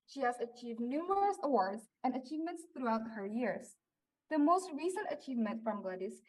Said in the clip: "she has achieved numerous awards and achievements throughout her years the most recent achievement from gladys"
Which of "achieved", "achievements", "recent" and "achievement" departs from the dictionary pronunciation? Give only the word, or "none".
none